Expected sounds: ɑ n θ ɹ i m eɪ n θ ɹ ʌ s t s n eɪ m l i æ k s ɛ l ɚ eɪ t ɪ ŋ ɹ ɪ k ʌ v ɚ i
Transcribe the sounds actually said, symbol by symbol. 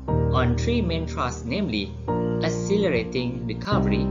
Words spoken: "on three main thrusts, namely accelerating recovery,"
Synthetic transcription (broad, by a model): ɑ n t ɹ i m eɪ n t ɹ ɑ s s n eɪ m l i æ s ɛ l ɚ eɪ t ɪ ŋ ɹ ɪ k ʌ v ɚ i